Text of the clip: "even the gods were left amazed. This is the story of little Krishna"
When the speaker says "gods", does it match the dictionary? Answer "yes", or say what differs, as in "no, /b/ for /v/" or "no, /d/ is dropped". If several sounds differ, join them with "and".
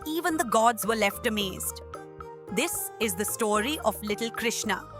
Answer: yes